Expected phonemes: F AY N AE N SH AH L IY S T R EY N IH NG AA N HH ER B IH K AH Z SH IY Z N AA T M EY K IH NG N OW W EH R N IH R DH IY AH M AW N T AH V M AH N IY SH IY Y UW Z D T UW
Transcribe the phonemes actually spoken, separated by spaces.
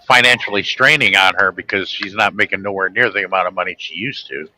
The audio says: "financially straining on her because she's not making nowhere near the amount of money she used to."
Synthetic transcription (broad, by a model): F AY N AE N SH L IY S T R EY N IH NG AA N ER B IH K AH Z SH IY Z N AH T M EY K IH NG N OW W EH R N IH R DH IY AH M AW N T AH V M AH N IY SH IY Y UW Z T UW